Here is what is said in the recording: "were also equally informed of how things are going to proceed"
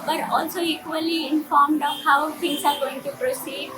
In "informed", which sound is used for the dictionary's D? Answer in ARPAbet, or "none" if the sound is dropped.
D